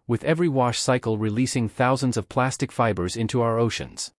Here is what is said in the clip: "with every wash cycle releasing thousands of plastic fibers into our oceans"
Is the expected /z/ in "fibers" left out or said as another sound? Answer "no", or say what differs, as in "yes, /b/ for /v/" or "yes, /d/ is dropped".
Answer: no